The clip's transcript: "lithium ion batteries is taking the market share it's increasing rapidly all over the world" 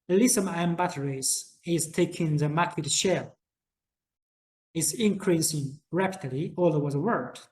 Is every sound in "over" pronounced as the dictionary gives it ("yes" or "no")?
no